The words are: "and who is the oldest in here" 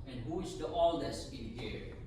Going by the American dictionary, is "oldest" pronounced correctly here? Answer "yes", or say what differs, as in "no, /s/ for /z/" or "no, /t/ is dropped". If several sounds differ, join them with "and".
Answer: no, /t/ is dropped